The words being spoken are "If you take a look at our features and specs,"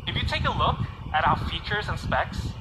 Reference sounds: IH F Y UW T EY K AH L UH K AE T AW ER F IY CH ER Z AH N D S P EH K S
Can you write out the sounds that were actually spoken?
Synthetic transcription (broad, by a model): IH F Y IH T EY K AH L UH K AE T AW ER F IY CH ER Z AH N S P EH K S